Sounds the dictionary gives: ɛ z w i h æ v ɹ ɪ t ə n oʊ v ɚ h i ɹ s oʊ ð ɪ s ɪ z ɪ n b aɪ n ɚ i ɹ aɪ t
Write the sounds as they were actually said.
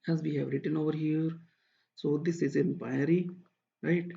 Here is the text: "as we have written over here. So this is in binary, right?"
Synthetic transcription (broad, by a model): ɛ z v i h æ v ɹ ɪ t ə n oʊ v ɚ h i ɹ s oʊ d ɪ s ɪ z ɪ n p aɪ ɚ i ɹ aɪ t